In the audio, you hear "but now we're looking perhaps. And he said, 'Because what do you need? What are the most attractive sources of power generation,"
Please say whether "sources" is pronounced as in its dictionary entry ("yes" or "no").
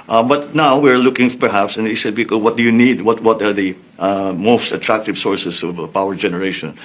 no